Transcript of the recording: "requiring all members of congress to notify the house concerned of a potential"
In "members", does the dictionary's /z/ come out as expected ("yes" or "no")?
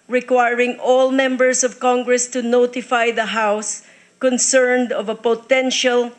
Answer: no